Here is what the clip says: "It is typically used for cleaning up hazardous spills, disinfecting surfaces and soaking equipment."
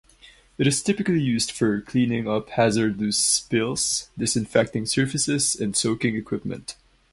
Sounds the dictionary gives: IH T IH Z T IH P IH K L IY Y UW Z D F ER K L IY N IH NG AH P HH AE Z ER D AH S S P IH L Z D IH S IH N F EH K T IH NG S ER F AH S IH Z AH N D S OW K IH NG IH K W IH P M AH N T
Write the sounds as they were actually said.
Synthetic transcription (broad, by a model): IH T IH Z T IH P IH K L IY Y UW Z D F ER K L IY N IH NG AH P HH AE Z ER D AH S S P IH L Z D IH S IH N F EH K T IH NG S ER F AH S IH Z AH N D S OW K IH NG IH K W IH P M AH N T